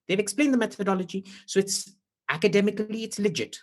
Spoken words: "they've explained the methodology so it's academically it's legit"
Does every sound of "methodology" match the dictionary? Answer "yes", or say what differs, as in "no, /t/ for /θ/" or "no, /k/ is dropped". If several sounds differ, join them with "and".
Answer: yes